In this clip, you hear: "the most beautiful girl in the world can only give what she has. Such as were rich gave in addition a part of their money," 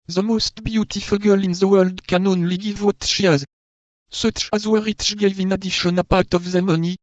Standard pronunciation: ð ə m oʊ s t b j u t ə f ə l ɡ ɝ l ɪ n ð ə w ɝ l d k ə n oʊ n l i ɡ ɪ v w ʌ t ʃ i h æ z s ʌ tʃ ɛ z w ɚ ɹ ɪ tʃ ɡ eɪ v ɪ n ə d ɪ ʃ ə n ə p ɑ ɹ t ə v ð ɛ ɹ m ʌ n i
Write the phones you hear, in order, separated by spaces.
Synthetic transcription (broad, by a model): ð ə m oʊ s t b j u t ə f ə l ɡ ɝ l ɪ n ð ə w ɝ l d k ə n oʊ n l i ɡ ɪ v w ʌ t ʃ i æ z s ʌ tʃ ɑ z w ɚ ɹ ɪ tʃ ɡ eɪ v ɪ n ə d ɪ ʃ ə n ə p ɑ ɹ t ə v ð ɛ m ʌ n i